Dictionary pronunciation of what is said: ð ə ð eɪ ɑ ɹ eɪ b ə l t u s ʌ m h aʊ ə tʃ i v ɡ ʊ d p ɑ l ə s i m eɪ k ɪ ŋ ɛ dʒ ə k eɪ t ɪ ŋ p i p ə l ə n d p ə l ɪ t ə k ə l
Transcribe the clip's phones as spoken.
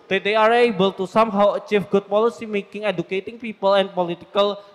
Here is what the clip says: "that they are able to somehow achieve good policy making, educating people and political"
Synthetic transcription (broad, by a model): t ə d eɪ ɑ ɹ eɪ b ə l t u s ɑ m h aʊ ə tʃ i f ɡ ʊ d p ɑ l ə s i m eɪ k ɪ ŋ ɛ dʒ ə k eɪ t ɪ ŋ p i p ə l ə n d p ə l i t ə k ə l